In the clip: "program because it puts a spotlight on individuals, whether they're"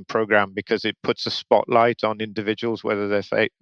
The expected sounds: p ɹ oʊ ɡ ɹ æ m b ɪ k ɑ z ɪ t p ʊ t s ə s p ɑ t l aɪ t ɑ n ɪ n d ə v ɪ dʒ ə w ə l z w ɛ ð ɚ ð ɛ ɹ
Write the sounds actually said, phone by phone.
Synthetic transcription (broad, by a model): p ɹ oʊ ɡ ɹ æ m b ɪ k ɑ z ɪ t p ʊ t s ə s p ɑ t l aɪ t n ɪ n d ə v ɪ dʒ ə w ə l z w ɛ ð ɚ ð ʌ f